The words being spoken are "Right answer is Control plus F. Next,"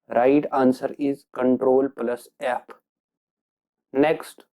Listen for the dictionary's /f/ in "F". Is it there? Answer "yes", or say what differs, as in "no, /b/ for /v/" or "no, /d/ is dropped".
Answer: no, /p/ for /f/